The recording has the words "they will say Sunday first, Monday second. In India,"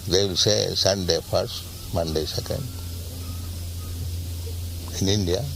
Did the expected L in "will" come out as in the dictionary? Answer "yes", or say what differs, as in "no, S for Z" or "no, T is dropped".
yes